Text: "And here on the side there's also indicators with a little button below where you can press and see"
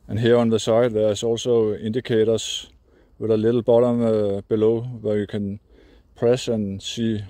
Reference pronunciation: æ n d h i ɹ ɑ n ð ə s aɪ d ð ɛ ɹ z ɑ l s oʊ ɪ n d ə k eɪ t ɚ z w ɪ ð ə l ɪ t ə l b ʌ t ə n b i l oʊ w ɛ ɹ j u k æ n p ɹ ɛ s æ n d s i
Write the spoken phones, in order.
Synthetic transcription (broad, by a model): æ n h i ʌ ɑ n ð ə s aɪ d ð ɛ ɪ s ɑ l s oʊ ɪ n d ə k eɪ t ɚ s w ɪ ð ə l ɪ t l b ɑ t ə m b i l oʊ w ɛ j u k æ n p ɹ ɛ s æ n s i